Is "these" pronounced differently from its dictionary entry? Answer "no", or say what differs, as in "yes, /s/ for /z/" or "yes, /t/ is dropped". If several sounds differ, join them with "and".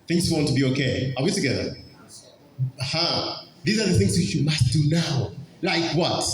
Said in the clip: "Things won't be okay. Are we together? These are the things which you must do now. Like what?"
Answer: no